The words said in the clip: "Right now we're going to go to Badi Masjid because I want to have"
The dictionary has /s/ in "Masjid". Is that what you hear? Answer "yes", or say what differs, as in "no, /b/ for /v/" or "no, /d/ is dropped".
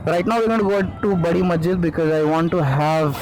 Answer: no, /s/ is dropped